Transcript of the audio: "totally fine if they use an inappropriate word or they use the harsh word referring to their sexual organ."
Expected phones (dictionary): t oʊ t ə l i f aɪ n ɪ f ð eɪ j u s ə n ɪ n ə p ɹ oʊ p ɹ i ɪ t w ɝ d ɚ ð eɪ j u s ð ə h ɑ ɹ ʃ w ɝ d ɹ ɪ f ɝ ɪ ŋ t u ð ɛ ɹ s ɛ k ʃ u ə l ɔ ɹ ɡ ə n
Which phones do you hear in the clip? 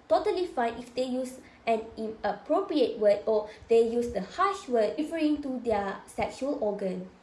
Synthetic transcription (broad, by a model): t oʊ t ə l i f aɪ n ɪ f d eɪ j u s ə n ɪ ə p ɹ oʊ p ɹ i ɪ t w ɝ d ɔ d eɪ j u s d ə h ɑ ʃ w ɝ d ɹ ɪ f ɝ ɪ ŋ t u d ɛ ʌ s ɛ k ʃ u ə l ɔ ɡ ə n